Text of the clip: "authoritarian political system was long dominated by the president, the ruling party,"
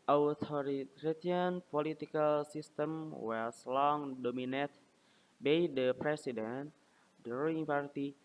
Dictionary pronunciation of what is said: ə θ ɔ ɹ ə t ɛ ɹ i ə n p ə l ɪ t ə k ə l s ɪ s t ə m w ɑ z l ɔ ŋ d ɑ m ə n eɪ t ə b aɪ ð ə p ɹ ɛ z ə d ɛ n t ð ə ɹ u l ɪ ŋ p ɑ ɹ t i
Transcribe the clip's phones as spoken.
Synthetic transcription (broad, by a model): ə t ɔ ɹ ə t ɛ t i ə n p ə l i t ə k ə l s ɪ s t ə m w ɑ s l ɔ ŋ d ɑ m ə n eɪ t b aɪ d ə p ɹ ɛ s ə d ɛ n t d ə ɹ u ɪ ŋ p ɑ ɹ t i